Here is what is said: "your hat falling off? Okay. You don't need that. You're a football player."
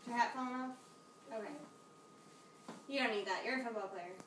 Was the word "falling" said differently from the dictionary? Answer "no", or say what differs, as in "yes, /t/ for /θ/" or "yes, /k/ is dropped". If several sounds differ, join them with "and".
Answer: yes, /l/ is dropped